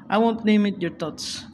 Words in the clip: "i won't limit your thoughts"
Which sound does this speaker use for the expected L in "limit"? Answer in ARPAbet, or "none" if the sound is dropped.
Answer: N